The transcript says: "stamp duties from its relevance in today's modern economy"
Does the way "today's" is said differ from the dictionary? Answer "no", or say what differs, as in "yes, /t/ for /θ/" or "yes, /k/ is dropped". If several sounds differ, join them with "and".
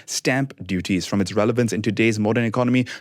no